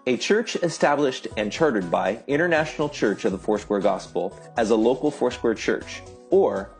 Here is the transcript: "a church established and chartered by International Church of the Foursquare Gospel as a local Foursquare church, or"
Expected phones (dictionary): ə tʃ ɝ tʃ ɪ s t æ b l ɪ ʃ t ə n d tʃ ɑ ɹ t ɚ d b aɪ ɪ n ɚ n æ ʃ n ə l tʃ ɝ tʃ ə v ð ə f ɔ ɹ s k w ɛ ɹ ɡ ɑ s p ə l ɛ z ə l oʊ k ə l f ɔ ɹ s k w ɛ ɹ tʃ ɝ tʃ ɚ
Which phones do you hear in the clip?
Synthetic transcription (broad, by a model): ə tʃ ɝ tʃ ɪ s t æ b l ɪ ʃ t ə n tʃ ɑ ɹ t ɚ d b aɪ ɪ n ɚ n æ ʃ n l tʃ ɝ tʃ ə v ð ə f ɔ ɹ s k w ɛ ɹ ɡ ɑ s p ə l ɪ z ə l oʊ k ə l f ɔ ɹ s k w ɛ ɹ tʃ ɝ tʃ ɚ